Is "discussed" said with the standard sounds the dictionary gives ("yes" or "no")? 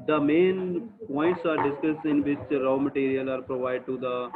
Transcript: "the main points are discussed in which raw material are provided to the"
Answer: no